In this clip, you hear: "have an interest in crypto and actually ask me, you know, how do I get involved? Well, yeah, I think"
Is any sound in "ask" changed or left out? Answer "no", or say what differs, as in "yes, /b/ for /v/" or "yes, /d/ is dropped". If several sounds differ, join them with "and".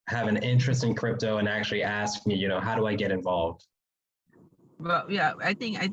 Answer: no